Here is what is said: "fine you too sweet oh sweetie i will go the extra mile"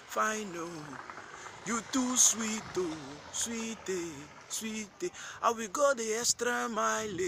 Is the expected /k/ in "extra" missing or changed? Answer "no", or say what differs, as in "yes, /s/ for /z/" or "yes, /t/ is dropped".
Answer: yes, /k/ is dropped